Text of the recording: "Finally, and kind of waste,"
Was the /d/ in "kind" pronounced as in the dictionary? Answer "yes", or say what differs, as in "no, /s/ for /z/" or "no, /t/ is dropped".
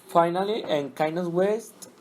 no, /d/ is dropped